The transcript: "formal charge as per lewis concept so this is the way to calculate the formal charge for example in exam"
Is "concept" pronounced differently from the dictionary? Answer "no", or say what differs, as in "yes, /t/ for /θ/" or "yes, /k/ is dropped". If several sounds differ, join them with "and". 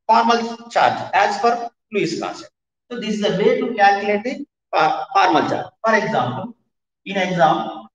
yes, /n/ is dropped and /p/ is dropped